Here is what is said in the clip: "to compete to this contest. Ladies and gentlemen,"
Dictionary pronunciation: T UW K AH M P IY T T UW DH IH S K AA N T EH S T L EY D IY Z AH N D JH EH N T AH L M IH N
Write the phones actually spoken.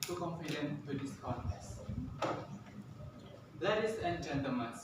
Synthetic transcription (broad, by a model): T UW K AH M F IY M T UW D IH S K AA T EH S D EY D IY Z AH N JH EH N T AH L M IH N